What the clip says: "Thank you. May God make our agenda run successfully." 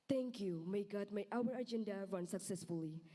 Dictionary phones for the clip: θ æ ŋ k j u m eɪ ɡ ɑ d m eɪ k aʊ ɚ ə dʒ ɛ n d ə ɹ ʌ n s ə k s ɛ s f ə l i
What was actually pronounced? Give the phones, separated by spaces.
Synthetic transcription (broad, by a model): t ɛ ŋ k j u m eɪ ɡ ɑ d m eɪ aʊ ɚ ə dʒ ɛ n d ə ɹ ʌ n s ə k s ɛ s f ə l i